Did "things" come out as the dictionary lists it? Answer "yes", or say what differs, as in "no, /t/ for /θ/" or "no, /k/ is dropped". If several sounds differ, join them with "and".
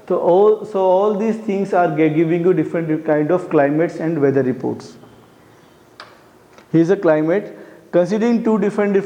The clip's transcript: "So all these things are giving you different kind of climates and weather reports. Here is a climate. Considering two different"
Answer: no, /t/ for /θ/